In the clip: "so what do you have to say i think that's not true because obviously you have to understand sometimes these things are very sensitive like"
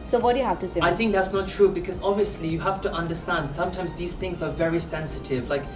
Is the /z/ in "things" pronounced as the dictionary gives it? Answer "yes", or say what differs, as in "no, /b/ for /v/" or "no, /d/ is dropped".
yes